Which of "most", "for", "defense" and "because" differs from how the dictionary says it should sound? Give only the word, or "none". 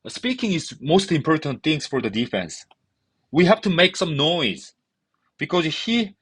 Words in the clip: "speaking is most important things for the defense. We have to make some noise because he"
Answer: none